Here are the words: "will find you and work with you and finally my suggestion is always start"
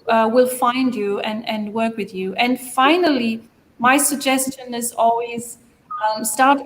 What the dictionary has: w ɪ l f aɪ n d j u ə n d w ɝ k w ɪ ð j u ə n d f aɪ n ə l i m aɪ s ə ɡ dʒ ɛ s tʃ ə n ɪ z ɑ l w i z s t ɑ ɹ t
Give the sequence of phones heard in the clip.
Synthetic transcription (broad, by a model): w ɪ l f aɪ n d j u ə n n w ɝ k w ɪ ð j u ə n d f aɪ n ə l i m aɪ s ə ɡ dʒ ɛ s tʃ ə n ɪ z ɑ l w i z s t ɑ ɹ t